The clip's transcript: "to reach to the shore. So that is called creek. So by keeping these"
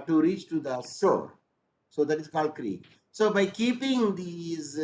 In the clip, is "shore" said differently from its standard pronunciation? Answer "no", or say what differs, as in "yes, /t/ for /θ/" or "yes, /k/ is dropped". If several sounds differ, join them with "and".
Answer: yes, /s/ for /ʃ/